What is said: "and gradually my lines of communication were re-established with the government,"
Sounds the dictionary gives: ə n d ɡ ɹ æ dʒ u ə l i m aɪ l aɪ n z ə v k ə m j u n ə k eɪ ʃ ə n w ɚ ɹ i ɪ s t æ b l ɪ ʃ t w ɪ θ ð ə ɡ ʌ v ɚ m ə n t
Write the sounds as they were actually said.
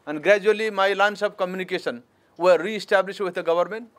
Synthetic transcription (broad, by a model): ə n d ɡ ɹ æ dʒ u ə l i m aɪ l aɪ n s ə b k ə m j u n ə k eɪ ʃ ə n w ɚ ɹ i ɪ s t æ b l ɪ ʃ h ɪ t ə ɡ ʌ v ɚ m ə n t